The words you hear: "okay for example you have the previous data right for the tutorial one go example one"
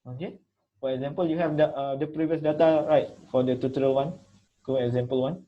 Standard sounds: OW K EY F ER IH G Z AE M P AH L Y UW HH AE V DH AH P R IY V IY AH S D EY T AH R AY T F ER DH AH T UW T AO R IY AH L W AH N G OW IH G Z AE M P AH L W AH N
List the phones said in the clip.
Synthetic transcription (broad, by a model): OW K EY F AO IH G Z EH M P AH L Y UW HH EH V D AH P R IY V IY AH S D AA T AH R AY T F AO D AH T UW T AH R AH L W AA N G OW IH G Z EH M P AH L W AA N